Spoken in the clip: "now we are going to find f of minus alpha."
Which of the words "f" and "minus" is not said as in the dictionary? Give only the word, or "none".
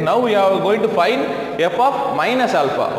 f